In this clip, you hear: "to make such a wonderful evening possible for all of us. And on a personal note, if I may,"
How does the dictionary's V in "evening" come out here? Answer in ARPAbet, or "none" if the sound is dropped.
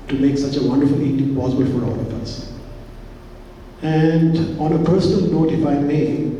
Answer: none